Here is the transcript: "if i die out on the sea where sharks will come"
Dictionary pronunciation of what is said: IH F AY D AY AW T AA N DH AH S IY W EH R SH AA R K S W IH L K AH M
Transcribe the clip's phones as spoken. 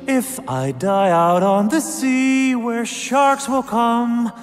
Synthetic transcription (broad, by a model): IH F AY D AY AW T N DH AH S IY W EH R SH AA R K S W IH L K AH M